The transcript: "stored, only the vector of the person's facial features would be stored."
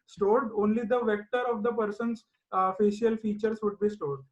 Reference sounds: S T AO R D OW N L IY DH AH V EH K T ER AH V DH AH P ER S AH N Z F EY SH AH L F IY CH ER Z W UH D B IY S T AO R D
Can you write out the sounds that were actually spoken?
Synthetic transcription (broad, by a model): S T AO R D OW N L IY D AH V EH K T ER AH V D AH P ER S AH N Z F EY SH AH L F IY CH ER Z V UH D B IY S T AO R D